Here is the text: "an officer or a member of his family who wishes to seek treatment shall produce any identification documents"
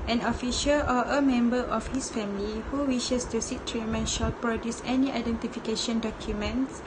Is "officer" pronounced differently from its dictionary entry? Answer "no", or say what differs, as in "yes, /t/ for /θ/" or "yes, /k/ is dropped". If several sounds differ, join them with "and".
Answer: yes, /ʃ/ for /s/